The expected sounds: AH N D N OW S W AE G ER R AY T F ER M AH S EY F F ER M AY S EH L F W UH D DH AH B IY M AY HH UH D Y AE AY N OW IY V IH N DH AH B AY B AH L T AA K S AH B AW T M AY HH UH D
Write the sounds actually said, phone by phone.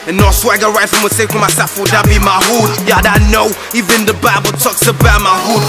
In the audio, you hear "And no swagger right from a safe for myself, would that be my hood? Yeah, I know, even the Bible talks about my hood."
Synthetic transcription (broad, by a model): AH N N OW S W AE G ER R AY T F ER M AH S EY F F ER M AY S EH F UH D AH B IY M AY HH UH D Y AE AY N OW IY V IH N DH AH B AY B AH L T AA K S AH B AW T M AY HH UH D